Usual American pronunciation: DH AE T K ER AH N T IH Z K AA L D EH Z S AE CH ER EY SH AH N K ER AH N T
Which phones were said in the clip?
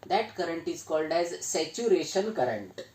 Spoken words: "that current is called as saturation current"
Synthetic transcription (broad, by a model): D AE T K ER AH N T IH Z K AA L D EH Z S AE CH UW EY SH AH N K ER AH N T